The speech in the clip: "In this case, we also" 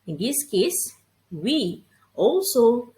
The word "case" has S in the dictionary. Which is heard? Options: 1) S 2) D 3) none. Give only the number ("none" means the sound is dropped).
1